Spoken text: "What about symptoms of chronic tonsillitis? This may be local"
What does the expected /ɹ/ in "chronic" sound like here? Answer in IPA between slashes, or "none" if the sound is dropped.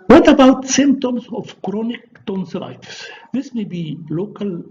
/ɹ/